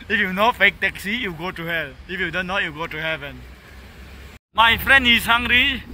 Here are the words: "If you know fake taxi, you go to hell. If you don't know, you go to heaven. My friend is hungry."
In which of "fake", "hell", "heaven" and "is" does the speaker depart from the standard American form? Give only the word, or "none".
is